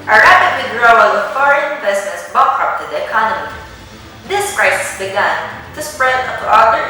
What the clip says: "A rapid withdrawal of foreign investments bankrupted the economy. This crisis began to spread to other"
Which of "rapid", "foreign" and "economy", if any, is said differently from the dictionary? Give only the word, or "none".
none